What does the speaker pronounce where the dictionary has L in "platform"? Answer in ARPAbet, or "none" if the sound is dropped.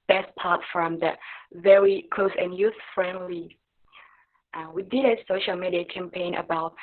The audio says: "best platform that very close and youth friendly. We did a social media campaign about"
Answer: none